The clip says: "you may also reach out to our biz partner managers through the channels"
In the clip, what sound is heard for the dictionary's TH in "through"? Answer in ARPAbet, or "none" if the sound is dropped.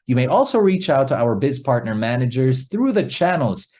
TH